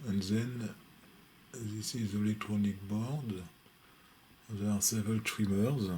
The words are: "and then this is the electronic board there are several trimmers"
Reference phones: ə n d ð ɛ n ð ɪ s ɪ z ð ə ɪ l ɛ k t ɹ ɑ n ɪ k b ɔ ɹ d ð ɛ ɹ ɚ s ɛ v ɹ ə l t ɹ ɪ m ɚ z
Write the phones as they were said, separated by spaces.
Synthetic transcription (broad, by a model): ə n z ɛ n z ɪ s ɪ z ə l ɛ k t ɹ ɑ n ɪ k b ɔ ɹ d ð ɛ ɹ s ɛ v ə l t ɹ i m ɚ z